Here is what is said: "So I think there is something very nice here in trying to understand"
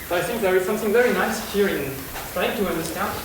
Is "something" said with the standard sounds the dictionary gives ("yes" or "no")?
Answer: yes